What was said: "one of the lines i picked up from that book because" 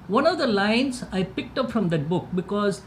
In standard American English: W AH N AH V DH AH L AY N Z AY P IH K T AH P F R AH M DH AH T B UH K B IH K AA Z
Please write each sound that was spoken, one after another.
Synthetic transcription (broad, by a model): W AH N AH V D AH L AY N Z AY P IH K T AH P F R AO M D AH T B UH K B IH K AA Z